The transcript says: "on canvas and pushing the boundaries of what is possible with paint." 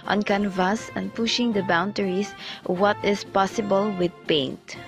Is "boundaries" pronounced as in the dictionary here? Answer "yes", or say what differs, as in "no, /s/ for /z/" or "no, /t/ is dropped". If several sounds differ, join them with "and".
no, /ɹ/ is dropped